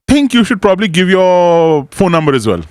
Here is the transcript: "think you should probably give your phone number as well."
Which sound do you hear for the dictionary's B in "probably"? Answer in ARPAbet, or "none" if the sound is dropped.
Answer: B